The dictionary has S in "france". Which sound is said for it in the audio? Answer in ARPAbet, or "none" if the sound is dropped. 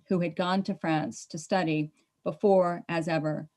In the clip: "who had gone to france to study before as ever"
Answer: S